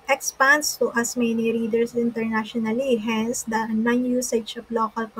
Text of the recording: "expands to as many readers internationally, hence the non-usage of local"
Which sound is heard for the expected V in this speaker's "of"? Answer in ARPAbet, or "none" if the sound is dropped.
P